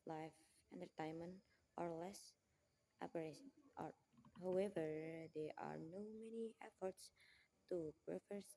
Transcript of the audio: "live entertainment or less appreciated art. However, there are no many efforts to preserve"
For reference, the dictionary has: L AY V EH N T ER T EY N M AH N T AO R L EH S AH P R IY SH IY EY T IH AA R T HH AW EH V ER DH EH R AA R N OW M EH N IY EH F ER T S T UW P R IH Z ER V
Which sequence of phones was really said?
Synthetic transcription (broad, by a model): L AY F EH N T ER T EY N M AH N T AO R L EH S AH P AH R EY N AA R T HH AW EH V ER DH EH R AA R N OW M EH N IY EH F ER T S T UW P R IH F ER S